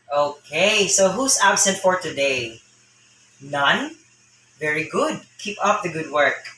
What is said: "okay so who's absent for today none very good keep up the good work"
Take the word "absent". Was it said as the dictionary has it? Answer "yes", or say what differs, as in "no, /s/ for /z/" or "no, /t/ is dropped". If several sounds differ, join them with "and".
yes